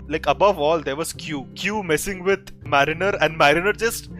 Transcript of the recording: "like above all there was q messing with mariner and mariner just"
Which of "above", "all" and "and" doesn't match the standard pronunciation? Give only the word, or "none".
none